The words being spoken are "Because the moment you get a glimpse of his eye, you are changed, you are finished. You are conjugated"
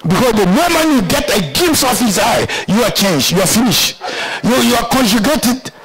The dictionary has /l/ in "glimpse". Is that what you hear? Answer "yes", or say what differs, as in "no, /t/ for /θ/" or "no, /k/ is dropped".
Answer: no, /l/ is dropped